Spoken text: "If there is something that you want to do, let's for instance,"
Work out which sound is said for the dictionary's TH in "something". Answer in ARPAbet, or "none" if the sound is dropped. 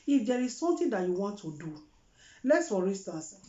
T